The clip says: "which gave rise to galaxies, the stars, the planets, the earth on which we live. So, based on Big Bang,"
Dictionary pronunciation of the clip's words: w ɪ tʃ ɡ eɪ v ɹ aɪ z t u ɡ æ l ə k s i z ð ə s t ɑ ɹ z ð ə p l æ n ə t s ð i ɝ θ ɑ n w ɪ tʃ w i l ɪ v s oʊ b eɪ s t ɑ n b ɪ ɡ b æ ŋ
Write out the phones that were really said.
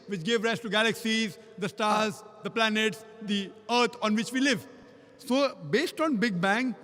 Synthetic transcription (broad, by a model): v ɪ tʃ ɡ eɪ v ɹ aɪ s t u ɡ æ l ə k s i z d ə s t ɑ ɹ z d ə p l æ n ə t s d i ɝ t ɑ n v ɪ tʃ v i l ɪ v s oʊ b eɪ s t ɑ n b ɪ ɡ b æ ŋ